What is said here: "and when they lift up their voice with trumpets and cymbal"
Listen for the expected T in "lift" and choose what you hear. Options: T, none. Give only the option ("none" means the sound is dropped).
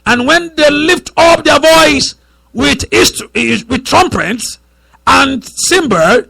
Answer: T